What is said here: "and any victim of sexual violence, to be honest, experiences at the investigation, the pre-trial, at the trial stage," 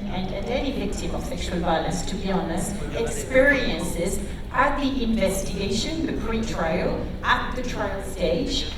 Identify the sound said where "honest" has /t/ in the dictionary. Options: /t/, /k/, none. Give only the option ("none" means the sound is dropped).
none